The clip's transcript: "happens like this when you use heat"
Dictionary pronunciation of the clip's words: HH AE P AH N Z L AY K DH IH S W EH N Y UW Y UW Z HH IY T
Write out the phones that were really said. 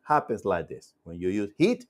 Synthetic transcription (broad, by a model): HH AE P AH N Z L AY K DH IH S W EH N Y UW Y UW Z HH IY T